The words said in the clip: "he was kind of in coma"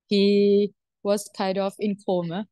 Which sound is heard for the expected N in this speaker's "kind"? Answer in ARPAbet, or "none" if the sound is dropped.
none